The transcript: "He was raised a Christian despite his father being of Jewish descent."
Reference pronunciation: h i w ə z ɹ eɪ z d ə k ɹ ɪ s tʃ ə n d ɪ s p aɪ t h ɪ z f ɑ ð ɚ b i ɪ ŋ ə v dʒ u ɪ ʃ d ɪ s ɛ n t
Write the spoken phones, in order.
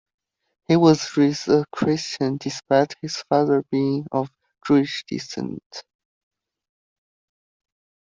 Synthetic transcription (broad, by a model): h i w ə z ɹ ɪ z ə k ɹ ɪ s tʃ ə n d ɪ s p aɪ t h ɪ z f ɑ ð ɚ b i ɪ ŋ ə v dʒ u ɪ ʃ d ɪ s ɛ n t